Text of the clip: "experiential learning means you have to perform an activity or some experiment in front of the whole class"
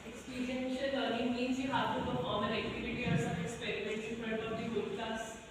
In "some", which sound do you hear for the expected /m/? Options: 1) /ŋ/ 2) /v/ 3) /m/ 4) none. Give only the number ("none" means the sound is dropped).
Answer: 4